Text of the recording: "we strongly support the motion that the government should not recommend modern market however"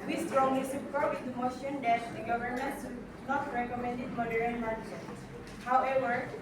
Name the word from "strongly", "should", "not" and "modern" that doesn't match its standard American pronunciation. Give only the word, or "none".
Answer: should